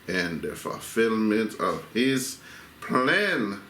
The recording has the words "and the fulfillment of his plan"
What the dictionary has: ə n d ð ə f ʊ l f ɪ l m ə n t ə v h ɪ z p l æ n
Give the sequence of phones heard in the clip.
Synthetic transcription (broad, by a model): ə n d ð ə f ʊ l f ɪ l m ə n t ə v h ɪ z p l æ n